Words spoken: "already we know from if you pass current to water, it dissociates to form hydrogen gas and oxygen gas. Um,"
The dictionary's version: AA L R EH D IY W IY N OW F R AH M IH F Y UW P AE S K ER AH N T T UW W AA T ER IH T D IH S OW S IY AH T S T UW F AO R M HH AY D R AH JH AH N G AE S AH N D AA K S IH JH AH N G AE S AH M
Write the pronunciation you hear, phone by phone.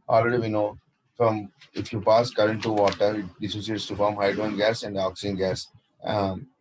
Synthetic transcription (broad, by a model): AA L R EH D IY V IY N OW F R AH M IH F Y UW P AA S K ER AH N T T UW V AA T ER IH T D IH S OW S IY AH T S T UW F AO R M HH AY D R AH AH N G AE S AH N D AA K S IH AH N G AE S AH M